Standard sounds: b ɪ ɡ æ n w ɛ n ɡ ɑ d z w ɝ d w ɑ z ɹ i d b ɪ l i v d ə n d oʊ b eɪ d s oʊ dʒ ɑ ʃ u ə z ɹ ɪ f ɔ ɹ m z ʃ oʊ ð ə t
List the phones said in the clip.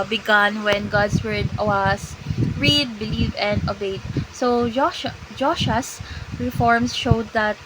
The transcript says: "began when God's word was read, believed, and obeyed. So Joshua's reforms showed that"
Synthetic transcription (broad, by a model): b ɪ ɡ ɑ n w ɛ n ɡ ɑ d s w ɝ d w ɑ s ɹ i d b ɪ l i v ə n d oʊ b eɪ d s oʊ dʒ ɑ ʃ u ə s ɹ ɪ f ɔ ɹ m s ʃ oʊ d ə t